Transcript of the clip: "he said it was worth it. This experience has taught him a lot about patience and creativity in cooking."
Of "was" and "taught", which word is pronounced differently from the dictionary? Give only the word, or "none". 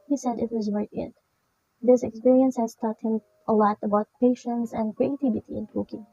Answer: none